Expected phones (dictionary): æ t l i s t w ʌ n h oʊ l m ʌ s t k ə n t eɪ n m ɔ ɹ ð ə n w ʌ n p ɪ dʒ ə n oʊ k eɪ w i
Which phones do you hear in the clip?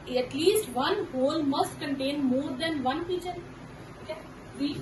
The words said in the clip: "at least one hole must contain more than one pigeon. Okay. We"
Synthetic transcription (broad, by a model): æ t l i s t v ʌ n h oʊ l m ʌ s t k ə n t eɪ n m ɔ ɹ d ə n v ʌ n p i tʃ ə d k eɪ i